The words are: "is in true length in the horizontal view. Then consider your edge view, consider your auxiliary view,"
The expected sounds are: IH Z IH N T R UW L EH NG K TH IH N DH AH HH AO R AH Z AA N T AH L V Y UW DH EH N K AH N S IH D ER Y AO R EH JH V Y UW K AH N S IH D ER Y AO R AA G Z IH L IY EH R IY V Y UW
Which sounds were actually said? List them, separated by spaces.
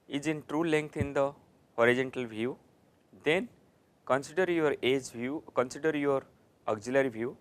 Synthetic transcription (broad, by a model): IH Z IH N T R UW L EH NG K T IH N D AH HH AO R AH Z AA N T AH L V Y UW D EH N K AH N S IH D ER Y AO R EH JH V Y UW K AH N S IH D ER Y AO R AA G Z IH L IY R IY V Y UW